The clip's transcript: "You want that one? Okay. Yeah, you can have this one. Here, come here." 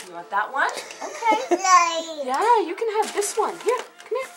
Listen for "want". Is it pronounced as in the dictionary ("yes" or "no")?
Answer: no